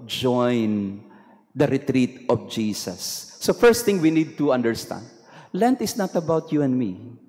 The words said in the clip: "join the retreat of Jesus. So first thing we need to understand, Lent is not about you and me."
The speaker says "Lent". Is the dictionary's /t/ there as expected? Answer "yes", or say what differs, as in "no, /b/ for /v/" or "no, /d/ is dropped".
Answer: yes